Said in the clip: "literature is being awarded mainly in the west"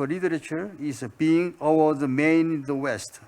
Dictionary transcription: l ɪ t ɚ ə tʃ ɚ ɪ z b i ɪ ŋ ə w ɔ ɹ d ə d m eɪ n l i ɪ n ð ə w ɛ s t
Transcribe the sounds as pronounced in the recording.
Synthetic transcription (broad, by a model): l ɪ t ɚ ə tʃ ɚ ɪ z b i ɪ ŋ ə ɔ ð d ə m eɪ n i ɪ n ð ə w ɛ s t